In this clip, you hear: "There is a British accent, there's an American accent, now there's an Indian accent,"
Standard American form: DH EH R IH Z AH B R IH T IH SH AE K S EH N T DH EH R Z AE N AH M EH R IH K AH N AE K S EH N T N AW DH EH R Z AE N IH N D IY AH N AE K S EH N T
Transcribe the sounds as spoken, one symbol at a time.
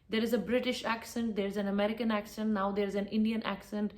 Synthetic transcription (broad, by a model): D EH R IH Z AH B R IH T IH SH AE K S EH N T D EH R Z AE N AH M EH R IH K AH N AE K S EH N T N AW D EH R Z AE N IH N D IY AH N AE K S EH N T